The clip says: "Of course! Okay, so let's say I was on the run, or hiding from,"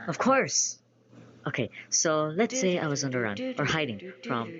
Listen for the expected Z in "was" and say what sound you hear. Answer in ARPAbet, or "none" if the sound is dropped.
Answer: Z